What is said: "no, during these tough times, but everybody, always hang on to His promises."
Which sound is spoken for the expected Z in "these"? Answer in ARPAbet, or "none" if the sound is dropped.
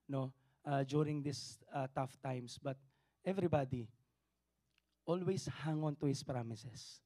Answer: S